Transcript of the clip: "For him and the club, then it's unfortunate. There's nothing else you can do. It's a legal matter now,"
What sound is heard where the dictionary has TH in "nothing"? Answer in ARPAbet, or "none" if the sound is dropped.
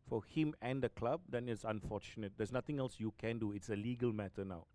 T